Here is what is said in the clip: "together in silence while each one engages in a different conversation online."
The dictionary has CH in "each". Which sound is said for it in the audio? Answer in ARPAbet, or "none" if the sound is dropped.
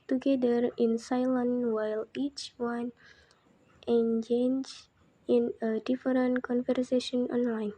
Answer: CH